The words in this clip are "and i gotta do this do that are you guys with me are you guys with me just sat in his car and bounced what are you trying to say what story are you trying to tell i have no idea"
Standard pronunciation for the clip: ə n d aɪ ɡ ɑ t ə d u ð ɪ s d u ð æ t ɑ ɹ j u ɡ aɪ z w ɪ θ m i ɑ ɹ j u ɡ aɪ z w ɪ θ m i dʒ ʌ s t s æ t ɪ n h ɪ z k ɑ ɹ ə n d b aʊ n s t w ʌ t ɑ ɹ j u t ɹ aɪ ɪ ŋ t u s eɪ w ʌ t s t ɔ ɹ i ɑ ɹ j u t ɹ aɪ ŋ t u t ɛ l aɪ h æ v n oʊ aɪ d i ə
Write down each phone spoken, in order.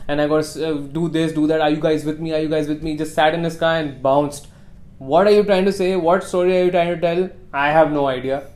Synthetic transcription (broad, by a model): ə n aɪ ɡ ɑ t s d u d ɪ s d u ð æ t ɑ ɹ j u ɡ aɪ z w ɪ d m i ɑ ɹ j u ɡ aɪ z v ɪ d m i dʒ ʌ s t s æ t ɪ n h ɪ s k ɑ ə n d b aʊ n s t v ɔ t ɑ ɹ j u t ɹ aɪ ɪ ŋ t u s eɪ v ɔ t s t ɔ ɹ i ɑ ɹ j u t ɹ aɪ ŋ t u t ɛ l aɪ h æ v n oʊ aɪ d i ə